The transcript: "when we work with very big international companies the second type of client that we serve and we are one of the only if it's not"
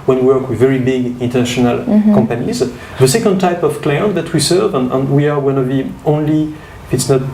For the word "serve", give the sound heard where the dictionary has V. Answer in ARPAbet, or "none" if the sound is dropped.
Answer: V